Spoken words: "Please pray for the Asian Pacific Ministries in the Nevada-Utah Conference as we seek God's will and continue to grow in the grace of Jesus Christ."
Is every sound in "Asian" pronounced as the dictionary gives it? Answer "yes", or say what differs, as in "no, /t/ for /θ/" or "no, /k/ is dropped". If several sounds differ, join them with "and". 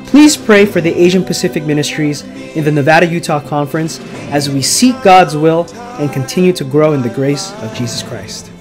yes